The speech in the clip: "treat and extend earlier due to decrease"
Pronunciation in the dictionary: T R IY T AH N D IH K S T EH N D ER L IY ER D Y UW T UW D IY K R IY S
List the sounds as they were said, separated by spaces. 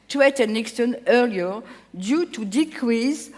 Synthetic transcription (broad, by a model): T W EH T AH N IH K S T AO N ER L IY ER D Y UW T UW D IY K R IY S